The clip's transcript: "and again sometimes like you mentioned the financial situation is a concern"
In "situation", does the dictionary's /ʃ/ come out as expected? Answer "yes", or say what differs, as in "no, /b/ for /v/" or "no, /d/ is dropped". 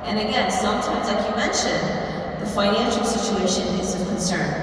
yes